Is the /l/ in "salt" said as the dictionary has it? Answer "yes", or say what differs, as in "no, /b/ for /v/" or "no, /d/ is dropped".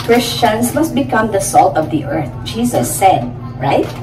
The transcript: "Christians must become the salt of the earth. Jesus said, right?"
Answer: yes